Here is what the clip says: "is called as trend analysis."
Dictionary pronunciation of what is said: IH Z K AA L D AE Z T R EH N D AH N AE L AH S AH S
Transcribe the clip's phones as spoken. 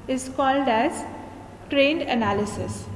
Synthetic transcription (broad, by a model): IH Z K AA L D AE Z T R EH N D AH N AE L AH S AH S